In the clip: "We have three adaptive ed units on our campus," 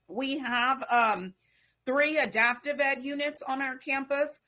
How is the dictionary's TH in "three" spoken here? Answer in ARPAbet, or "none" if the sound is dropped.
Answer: TH